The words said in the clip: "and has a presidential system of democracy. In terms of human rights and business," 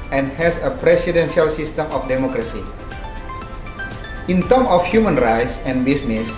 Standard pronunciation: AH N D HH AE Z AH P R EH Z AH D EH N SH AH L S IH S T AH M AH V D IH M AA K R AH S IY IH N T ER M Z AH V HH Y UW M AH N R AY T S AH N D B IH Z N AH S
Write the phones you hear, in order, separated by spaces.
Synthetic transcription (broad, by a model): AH N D HH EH S AH P R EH S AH D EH N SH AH L S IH S T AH M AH F D IH M AA K R AH S IY IH N T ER M AH F HH Y UW M AH N R AY T S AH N B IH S N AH S